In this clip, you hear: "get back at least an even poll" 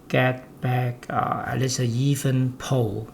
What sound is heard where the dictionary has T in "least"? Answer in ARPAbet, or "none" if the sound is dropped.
none